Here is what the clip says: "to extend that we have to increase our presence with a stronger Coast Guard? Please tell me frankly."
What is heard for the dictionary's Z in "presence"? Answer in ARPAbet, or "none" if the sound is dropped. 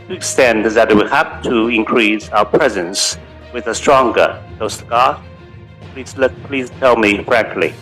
Z